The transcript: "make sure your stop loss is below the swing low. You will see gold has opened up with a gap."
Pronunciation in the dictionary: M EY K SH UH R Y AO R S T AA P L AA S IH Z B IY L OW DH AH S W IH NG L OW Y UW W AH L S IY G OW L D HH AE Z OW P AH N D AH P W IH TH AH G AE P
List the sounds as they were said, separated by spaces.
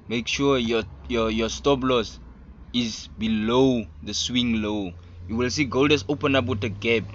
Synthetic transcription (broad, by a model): M EY K SH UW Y Y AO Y S T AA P L AA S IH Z B IY L OW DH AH S W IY NG L OW Y UW W AH L S IY G OW L D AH S OW P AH N AA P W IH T AH G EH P